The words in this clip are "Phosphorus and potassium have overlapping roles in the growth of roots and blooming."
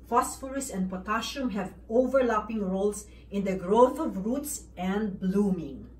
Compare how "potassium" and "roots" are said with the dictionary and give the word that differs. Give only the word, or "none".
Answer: potassium